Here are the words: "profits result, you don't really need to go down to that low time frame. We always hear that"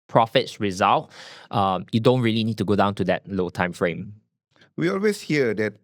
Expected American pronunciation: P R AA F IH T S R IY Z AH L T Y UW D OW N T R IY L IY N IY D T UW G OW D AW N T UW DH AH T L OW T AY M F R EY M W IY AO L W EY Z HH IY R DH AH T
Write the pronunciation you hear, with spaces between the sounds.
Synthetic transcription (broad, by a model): P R AA F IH T S R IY Z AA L T Y UW D OW N T R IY L IY N IY D T UW G OW D AW N T UW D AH T L OW T AY M F R EY M W IY AO L W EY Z HH IY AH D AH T